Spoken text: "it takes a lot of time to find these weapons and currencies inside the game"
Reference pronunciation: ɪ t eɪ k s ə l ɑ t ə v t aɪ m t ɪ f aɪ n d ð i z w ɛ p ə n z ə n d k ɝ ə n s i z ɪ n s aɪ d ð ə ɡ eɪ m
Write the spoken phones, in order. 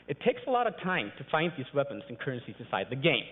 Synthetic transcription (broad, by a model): ɪ t eɪ k s ə l ɑ t ə v t aɪ m t ɪ f aɪ n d ð i z w ɛ p ə n z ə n k ɝ ə n s i z ɪ n s aɪ d ð ə ɡ eɪ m